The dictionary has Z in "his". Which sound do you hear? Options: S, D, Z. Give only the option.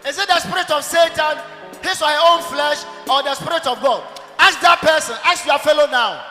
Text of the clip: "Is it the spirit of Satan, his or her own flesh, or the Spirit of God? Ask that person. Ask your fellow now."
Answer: S